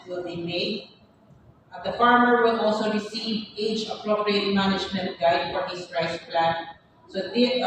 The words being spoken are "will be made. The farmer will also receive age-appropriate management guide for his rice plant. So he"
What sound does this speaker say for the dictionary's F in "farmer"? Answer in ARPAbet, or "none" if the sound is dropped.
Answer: F